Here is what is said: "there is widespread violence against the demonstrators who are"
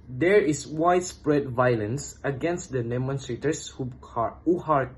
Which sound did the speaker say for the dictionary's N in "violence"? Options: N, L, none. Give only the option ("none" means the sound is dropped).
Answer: N